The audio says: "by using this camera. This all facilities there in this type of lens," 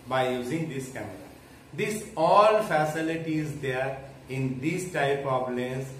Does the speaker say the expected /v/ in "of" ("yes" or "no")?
no